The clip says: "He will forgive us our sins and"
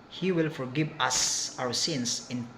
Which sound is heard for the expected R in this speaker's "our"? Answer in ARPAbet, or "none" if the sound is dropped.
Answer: W